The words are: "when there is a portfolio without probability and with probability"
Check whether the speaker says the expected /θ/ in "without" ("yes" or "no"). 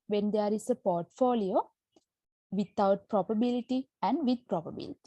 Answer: no